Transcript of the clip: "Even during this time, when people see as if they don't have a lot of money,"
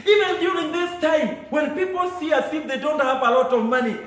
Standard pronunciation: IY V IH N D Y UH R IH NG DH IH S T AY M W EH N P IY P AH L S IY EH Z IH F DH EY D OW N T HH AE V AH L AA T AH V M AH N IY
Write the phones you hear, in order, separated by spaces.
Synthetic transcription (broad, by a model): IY V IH N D Y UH R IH NG DH IH S T AY M W EH N P IY P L S IY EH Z IH F DH EY D OW N T HH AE V AH L AA T AH V M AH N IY